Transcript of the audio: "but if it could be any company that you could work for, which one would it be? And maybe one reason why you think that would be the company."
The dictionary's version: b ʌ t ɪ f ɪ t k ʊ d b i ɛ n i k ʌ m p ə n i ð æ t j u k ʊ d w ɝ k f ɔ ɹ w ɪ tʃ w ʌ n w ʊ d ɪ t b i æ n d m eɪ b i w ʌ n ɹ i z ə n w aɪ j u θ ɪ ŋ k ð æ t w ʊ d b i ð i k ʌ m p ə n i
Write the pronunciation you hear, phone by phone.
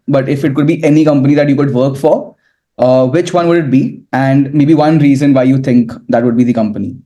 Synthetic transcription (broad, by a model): b ʌ t ɪ f ɪ t k ʊ d b i ɛ n i k ʌ m p ə n i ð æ t j u k ʊ d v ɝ k f ɔ ɹ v ɪ tʃ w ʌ n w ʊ d ɪ t b i æ n d m eɪ b i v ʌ n ɹ i z ə n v aɪ j u t ɪ ŋ k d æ t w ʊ d b i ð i k ʌ m p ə n i